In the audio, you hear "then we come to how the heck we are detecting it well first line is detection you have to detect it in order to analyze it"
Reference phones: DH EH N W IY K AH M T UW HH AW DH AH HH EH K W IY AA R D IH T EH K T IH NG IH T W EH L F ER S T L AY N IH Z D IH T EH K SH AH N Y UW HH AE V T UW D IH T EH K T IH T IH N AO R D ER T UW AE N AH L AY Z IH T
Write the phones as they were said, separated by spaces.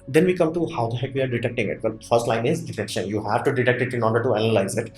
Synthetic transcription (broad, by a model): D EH N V IY K AH M T UW HH AW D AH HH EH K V IY AA R D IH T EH K T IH NG IH T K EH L F ER S T L AY N IH Z D IH T EH K SH AH N Y UW HH AE V T UW D IH T EH K T IH T IH N AO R D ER T UW AE N AH L AY Z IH T